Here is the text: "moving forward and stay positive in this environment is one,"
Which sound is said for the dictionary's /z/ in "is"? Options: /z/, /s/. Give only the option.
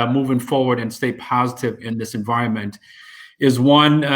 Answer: /z/